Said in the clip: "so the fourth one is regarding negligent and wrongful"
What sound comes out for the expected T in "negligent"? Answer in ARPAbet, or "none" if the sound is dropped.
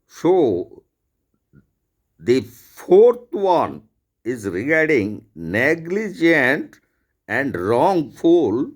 T